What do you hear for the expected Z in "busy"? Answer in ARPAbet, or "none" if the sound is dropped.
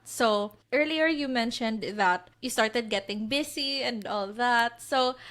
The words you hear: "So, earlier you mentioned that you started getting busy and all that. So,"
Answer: S